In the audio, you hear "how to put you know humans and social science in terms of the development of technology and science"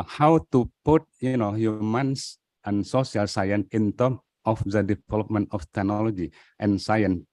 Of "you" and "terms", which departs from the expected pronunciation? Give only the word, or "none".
terms